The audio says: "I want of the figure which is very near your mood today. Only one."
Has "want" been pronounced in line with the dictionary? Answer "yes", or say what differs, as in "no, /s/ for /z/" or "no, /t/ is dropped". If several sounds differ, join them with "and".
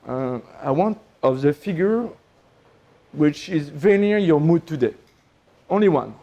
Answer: yes